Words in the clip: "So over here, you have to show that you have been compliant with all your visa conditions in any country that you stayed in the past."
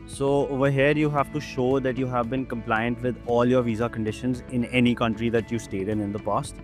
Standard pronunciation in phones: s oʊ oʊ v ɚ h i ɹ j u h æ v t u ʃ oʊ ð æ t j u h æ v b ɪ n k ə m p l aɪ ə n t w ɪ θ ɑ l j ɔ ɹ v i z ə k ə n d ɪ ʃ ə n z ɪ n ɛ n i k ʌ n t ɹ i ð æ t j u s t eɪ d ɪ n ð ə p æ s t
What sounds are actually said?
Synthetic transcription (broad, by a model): s oʊ oʊ v ɚ h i ɹ j u h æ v t u ʃ oʊ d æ t j u h æ v b ɪ n k ə m p l aɪ ə n t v ɪ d ɑ l j ɔ ɹ v i z ə k ə n d ɪ ʃ ə n z ɪ n ɛ n i k ʌ n t ɹ i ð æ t j u s t eɪ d ɪ n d ə p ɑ s t